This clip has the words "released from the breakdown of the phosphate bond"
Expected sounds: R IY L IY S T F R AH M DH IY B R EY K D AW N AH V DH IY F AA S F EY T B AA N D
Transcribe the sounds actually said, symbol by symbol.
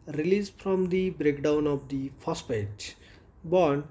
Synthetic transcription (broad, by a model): R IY L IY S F R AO M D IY B R EY K D AW N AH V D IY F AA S P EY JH B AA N